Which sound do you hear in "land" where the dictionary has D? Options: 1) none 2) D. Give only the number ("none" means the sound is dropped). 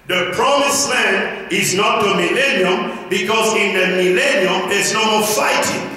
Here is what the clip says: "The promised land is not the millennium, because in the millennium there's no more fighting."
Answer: 1